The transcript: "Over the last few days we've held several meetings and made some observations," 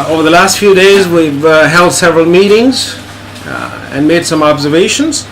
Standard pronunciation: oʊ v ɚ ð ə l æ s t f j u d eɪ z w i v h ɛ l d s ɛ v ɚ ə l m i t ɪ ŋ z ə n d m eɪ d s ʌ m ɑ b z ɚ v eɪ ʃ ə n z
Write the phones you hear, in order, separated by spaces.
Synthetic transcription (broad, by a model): oʊ v ɚ ð ə l æ s t f j u d eɪ z w i v h ɛ l d s ɛ v ɚ ə l m i t ɪ ŋ z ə n m eɪ d s ʌ m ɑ b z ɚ v eɪ ʃ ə n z